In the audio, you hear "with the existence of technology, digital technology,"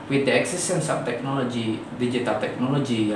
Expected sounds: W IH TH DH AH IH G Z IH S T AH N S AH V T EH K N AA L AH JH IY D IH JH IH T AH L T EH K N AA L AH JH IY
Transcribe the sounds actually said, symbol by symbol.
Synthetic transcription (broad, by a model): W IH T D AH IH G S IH S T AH N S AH P T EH K N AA L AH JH IY D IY JH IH T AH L T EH K N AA L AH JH IY